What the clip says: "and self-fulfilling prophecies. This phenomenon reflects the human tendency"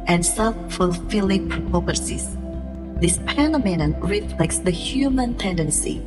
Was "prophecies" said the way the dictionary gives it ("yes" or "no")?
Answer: no